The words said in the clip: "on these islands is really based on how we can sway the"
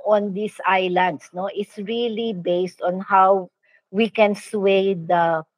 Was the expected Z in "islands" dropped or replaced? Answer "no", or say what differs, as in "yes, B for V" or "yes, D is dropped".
yes, S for Z